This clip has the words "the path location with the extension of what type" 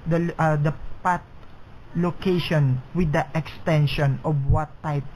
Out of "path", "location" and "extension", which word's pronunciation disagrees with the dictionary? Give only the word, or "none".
path